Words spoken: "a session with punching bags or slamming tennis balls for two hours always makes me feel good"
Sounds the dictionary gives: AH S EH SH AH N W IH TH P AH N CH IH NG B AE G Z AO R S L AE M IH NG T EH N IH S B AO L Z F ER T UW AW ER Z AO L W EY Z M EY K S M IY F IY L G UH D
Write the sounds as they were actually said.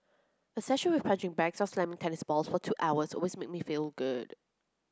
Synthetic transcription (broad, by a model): AH S EH SH AH N W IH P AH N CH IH NG B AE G S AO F S L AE M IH NG T EH N IH S B AO L S F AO T UW AW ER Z AO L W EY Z M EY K M IY F IY L G UH D